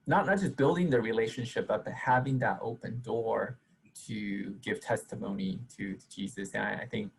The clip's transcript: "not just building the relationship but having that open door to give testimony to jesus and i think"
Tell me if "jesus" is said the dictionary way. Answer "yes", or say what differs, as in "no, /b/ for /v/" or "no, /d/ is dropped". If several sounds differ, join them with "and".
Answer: yes